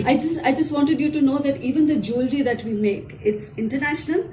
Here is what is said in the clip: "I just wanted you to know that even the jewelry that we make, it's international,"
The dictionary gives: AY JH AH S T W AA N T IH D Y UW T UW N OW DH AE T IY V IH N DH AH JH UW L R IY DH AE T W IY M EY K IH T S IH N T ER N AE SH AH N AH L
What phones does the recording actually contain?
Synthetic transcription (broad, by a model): AY JH AH S T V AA N T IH D Y UW T UW N OW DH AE T IY V IH N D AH JH UW L R IY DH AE T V IY M EY K IH T S IH N T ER N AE SH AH N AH L